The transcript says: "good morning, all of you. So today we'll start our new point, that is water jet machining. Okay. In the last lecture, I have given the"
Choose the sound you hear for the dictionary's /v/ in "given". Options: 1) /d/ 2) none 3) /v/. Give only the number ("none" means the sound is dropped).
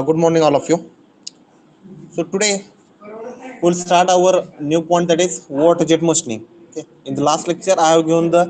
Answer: 2